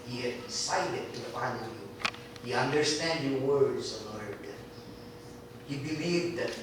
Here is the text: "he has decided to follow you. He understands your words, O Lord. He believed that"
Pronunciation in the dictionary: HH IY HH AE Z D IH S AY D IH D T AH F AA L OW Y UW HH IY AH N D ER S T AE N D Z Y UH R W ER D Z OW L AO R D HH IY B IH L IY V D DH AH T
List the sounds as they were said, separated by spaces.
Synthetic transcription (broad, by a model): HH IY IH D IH S AY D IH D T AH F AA N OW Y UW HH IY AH N D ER S T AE N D Y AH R W ER D Z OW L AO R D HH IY B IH L IY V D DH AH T